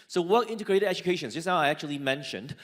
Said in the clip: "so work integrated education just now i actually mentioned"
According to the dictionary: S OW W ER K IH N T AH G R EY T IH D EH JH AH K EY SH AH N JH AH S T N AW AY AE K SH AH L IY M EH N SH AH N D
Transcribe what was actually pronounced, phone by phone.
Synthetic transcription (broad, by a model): S OW W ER IH N T AH G R EY T IH D EH JH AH K EY SH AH N JH AH S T N AW AY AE K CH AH L IY M EH N SH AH N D